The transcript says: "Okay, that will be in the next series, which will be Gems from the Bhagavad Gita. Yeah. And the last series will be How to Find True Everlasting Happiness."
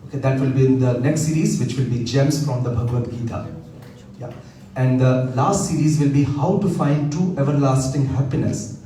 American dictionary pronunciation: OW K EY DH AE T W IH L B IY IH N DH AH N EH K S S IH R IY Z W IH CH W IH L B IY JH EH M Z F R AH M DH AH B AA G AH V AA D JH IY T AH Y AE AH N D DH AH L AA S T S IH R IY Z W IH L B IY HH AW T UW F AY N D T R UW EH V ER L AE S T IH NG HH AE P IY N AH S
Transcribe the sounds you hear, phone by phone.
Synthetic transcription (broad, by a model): OW K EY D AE T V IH L B IY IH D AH N EH K S S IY R IY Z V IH CH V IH L B IY JH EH M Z F R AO M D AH B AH G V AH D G IY T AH Y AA AH N D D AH L AA S T S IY R IY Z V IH L B IY HH AW T UW F AY N D T UW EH V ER L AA S T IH NG HH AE P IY N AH S